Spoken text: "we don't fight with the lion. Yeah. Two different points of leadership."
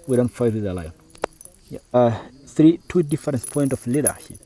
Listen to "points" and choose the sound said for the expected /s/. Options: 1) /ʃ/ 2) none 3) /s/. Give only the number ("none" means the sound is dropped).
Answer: 2